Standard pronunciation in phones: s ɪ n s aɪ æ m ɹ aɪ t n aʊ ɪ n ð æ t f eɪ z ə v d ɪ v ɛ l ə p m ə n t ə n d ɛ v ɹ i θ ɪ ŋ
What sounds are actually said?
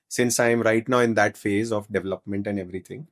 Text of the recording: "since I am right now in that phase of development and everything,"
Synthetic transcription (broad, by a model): s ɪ n s aɪ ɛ m ɹ aɪ t n aʊ ɪ n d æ t f eɪ z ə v d ɪ v ɛ l ə p m ə n t ə n d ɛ v ɹ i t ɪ ŋ